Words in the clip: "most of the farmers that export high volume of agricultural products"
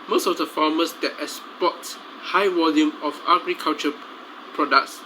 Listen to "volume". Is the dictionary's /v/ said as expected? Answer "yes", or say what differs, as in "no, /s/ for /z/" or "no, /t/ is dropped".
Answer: no, /w/ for /v/